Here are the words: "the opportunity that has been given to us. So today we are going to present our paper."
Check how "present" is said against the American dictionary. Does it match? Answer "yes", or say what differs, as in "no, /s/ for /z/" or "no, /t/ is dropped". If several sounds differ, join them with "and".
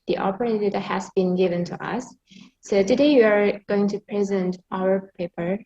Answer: yes